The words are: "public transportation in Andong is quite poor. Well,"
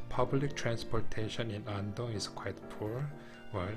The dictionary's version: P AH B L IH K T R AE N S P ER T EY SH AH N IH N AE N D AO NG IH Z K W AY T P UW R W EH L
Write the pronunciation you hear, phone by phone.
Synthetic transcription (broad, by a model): P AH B L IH K T R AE N S P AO T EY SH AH N IH N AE N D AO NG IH S K W AY T P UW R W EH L